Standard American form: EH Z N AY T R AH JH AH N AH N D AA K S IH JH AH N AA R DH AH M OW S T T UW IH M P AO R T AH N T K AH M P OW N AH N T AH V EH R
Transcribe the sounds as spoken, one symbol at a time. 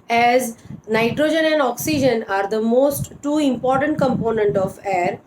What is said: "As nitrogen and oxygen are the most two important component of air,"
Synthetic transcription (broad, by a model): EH Z N AY T R AH JH AH N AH N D AA K S IH JH AH N AA R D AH M OW S T T UW IH M P AO R T AH N T K AH M P OW N AH N T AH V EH R